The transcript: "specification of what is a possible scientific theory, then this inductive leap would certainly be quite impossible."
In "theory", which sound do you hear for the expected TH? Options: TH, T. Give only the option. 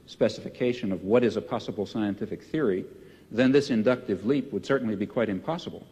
TH